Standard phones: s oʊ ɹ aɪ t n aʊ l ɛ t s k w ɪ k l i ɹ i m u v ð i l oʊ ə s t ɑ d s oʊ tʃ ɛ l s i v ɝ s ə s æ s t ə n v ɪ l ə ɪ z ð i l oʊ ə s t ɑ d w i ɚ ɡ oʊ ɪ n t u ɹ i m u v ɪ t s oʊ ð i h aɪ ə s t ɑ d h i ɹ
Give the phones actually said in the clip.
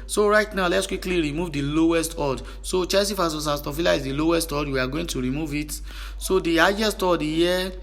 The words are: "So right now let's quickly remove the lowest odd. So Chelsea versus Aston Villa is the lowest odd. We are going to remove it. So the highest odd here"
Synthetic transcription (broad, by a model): s oʊ ɹ aɪ t n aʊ l ɛ t s k w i k l i ɹ i m u v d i l oʊ ə s t ɑ d s oʊ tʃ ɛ s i f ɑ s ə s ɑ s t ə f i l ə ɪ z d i l oʊ ə s t ɑ d w i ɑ ɡ oʊ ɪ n t u ɹ i m u v ɪ t s oʊ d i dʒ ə s t ɑ d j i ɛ